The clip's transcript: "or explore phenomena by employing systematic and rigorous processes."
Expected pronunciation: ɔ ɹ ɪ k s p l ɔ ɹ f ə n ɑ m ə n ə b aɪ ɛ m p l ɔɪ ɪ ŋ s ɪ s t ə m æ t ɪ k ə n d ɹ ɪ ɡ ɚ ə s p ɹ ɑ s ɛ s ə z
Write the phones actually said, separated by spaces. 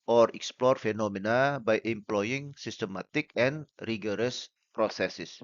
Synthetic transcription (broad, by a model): ɔ ɹ ɪ k s p l ɔ ɹ f ə n ɑ m ə n ə b aɪ ɛ m p l ɔɪ ɪ ŋ s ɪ s t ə m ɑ t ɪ k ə n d ɹ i ɡ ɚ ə s p ɹ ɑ s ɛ s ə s